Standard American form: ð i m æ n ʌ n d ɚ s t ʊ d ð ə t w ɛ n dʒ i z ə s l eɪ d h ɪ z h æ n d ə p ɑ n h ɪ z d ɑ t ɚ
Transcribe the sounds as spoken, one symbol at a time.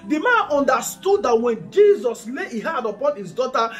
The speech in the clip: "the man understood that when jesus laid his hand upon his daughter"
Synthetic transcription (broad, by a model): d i m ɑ n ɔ n d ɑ s t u d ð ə t w ɛ n dʒ i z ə s l eɪ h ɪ h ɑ d ə p ɑ n h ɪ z d ɑ t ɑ